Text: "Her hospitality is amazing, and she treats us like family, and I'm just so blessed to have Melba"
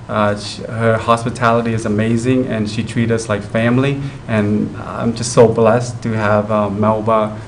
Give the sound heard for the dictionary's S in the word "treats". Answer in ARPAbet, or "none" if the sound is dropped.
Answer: none